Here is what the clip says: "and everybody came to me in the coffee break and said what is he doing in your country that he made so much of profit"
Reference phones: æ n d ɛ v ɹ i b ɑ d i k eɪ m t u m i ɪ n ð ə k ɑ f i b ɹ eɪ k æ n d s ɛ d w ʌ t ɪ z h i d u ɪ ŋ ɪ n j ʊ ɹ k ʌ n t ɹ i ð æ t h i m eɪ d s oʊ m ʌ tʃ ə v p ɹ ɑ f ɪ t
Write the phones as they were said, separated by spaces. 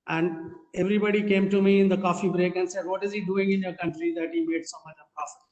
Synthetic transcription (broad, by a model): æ n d ɛ v ɹ i b ɑ d i k eɪ m t u m i ɪ n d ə k ɑ f i b ɹ eɪ k æ n d s ɛ d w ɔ t ɪ z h i d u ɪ ŋ ɪ n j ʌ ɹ k ʌ n t ɹ i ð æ t h i m eɪ d s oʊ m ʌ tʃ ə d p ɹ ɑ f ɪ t